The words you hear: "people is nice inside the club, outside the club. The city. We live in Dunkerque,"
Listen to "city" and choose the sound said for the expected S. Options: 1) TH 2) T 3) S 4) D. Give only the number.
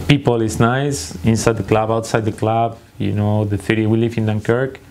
1